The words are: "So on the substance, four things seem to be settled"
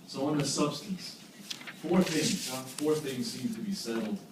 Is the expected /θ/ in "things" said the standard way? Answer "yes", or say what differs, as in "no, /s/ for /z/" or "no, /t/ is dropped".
yes